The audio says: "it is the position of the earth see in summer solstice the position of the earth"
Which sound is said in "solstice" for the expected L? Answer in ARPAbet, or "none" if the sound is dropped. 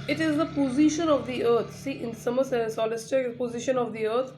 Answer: none